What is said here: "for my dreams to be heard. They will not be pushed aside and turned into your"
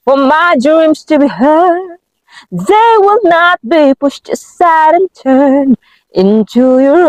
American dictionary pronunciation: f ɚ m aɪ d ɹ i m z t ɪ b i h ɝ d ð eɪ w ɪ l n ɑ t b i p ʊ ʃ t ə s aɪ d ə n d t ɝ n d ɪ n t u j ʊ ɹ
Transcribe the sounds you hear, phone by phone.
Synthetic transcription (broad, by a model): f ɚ m aɪ d ɹ i m z t ɪ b i h ɝ d ð eɪ w ɪ l n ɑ t b i p ʊ ʃ t ə s aɪ d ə n t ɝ n ɪ n t u j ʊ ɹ